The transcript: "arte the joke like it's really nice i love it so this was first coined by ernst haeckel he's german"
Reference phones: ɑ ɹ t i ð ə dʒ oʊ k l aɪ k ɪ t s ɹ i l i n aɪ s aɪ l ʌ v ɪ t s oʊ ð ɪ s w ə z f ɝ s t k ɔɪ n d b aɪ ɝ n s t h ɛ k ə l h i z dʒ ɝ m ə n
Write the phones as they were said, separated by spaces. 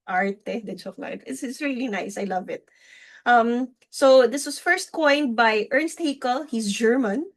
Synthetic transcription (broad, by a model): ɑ ɹ t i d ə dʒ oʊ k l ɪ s ɪ t s ɹ i l i n aɪ s aɪ l ʌ v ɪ t s oʊ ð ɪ s w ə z f ɝ s t k ɔɪ n d b aɪ ɝ n s t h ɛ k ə l h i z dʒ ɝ m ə n